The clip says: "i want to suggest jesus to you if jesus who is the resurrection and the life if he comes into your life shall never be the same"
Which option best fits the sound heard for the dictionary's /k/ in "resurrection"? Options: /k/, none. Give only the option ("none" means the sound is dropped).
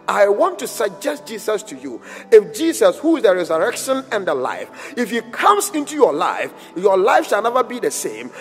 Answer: /k/